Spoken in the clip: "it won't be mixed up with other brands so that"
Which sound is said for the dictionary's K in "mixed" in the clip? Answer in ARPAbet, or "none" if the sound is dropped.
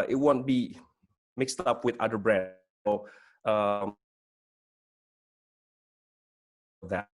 K